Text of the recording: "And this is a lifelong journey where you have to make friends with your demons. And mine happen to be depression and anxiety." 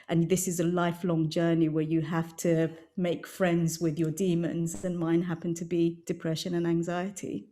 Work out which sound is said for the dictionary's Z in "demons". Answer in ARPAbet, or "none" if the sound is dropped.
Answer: Z